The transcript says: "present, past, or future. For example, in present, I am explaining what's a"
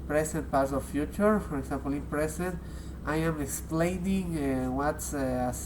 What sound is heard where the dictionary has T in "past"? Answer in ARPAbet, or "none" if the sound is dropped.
none